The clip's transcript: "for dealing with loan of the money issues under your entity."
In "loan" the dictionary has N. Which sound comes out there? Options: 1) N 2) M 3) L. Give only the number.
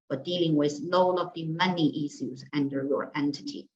3